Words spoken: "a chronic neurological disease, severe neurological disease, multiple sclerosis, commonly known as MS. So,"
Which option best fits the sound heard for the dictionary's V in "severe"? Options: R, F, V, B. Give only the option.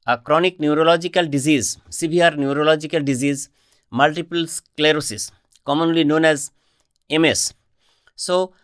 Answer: B